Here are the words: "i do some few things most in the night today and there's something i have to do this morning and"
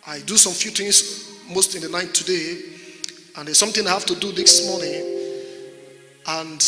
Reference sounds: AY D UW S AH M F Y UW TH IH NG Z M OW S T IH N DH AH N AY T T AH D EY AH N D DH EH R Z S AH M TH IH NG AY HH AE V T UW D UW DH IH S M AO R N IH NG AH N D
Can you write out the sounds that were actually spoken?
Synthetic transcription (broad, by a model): AY D UW S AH M F Y UW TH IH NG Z M OW S T IH N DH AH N AY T T AH D EY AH N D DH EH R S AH M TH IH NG AY HH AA F T UW D UW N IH S M AO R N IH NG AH N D